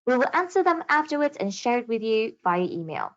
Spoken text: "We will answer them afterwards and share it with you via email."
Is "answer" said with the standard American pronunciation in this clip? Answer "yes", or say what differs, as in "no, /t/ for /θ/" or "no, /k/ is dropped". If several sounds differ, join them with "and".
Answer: yes